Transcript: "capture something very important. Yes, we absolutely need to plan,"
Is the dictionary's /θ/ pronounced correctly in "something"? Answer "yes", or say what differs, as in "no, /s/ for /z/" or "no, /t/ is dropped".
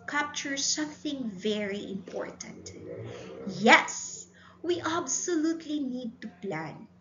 yes